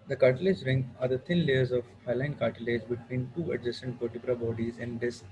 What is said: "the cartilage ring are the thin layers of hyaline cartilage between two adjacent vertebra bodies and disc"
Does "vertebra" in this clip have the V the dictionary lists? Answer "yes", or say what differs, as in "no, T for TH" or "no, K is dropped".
no, P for V